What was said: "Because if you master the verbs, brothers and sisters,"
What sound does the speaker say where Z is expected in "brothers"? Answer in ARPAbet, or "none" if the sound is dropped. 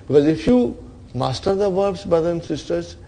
none